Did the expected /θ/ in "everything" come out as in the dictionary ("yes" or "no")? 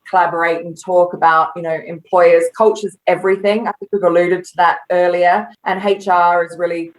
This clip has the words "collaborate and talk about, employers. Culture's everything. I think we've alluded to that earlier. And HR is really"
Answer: yes